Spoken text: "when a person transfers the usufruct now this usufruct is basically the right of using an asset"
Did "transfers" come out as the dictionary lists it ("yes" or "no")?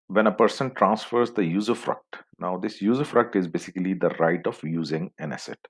yes